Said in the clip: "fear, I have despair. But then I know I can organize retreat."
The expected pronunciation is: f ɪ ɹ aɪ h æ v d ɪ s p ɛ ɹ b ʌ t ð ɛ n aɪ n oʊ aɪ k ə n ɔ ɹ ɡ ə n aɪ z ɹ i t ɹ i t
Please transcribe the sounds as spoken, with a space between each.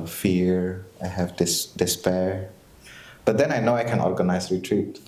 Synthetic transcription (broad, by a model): f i ɹ aɪ h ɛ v d ɪ s p ɛ ɹ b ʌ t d ɛ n aɪ n oʊ aɪ k ə n ɔ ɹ ɡ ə n aɪ s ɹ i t ɹ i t